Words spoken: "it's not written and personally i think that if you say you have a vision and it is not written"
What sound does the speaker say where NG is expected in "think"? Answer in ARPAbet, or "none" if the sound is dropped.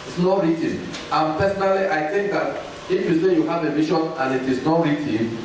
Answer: NG